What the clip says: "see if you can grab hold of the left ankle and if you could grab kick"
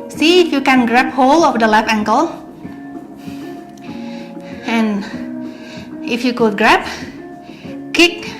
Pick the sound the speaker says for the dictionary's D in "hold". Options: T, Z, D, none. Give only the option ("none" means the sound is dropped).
none